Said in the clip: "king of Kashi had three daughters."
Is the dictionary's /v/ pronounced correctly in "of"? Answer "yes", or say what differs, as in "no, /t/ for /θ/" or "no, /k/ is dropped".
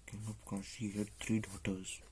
no, /p/ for /v/